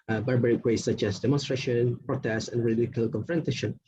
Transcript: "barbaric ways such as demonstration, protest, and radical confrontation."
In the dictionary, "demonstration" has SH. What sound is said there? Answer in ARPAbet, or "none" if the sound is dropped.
SH